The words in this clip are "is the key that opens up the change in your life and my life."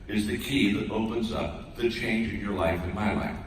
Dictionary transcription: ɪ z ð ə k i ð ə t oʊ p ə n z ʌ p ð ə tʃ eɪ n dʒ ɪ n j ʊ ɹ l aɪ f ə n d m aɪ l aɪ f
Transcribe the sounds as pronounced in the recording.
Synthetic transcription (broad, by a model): ɪ z ð ə k i ð ə t oʊ p ə n z ʌ p ð ə tʃ eɪ n dʒ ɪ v j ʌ ɹ l aɪ f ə n m aɪ l aɪ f